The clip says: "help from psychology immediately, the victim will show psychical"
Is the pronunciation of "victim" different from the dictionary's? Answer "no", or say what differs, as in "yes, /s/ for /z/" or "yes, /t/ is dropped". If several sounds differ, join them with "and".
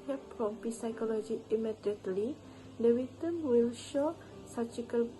yes, /w/ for /v/ and /k/ is dropped